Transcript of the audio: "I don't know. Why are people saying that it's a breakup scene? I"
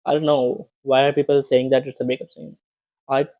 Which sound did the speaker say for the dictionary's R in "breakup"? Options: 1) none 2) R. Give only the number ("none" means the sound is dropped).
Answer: 1